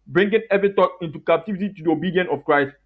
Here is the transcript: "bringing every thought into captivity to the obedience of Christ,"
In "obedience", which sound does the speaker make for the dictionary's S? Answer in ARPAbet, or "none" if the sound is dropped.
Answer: none